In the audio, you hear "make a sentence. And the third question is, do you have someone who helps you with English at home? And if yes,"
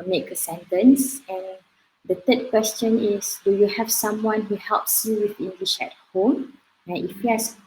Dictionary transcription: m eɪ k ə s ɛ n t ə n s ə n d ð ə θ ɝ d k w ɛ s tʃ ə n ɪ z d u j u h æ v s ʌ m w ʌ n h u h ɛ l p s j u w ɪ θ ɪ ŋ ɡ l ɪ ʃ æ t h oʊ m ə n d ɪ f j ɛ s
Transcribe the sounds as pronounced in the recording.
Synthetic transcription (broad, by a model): m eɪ k ə s ɛ n t ə n s ə n d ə t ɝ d k w ɛ s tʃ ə n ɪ s d u j u h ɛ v s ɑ m w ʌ n h u h ɛ l p s j u w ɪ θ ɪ ŋ ɡ l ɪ ʃ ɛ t h oʊ m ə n ɪ f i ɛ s